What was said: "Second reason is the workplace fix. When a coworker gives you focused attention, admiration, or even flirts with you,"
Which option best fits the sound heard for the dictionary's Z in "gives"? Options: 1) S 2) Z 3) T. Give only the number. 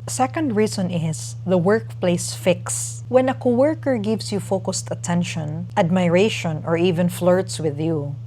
1